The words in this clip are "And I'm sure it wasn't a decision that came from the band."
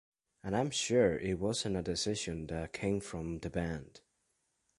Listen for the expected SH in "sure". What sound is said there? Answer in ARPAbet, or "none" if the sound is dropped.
SH